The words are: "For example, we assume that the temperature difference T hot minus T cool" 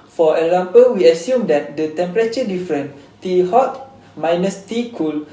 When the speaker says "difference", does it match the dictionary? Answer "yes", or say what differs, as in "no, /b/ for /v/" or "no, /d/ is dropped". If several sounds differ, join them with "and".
no, /s/ is dropped